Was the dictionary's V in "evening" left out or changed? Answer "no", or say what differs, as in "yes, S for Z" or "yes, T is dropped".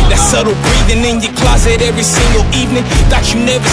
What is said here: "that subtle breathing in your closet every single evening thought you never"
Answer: no